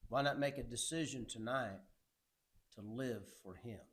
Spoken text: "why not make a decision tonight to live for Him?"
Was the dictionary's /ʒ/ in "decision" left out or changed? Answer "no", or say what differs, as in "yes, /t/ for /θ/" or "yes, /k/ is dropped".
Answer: no